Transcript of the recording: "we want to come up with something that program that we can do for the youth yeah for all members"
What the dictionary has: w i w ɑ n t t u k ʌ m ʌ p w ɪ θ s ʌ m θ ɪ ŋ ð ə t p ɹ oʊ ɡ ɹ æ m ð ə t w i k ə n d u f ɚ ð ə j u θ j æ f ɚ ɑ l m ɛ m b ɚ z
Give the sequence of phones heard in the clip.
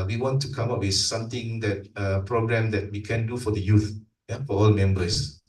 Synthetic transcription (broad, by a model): w i w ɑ n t t u k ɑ m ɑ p w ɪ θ s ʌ m t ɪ ŋ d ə t p ɹ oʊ ɡ ɹ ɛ m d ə t w i k ə n d u f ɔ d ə j u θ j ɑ f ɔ ɑ l m ɛ m b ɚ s